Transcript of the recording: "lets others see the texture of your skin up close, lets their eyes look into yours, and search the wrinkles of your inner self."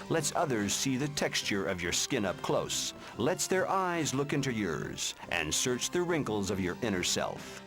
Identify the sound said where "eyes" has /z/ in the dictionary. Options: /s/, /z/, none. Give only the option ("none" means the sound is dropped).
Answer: /z/